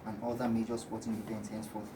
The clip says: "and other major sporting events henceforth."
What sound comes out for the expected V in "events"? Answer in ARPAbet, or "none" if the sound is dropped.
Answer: P